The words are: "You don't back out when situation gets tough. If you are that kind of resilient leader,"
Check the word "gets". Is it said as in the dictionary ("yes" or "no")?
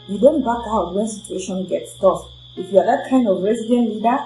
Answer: yes